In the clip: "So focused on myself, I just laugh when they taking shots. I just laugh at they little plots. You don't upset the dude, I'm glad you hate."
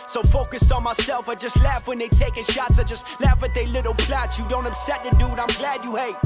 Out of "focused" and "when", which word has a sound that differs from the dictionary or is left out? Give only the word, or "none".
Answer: none